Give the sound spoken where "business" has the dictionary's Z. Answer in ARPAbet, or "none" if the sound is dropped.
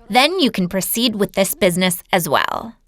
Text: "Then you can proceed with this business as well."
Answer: Z